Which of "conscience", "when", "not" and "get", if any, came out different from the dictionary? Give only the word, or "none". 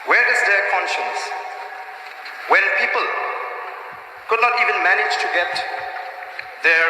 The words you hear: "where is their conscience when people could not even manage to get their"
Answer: none